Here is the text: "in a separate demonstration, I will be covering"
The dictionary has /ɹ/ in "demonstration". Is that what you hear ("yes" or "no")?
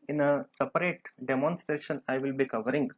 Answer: yes